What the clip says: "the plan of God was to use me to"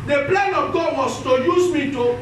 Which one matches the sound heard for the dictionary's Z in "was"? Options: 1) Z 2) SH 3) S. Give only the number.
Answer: 3